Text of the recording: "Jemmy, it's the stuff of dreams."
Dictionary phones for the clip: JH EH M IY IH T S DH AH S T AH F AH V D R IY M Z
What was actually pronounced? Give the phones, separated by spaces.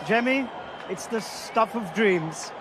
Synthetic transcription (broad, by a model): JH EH M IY IH T S DH AH S T AH F AH V D R IY M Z